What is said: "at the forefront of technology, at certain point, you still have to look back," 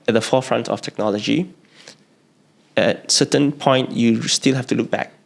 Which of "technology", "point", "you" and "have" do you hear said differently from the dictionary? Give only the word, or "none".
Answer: have